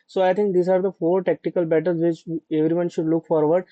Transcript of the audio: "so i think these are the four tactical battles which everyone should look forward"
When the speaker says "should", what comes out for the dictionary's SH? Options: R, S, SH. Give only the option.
SH